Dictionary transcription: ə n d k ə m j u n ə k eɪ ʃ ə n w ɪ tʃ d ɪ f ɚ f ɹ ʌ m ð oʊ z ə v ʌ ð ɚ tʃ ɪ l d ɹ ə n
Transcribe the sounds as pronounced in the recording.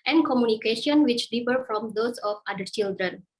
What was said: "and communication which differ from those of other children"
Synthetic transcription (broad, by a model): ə n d k ə m j u n ə k eɪ ʃ ə n w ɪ tʃ d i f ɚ f ɹ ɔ m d oʊ s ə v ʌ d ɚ tʃ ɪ l d ɹ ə n